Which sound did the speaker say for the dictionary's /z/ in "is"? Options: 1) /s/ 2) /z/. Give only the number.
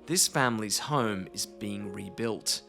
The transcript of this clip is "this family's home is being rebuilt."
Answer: 2